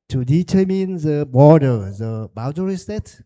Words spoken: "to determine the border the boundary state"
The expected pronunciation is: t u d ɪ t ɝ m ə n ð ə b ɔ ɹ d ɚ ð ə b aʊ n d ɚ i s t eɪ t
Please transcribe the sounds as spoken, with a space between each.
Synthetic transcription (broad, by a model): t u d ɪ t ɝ m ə n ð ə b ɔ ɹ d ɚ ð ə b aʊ d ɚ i s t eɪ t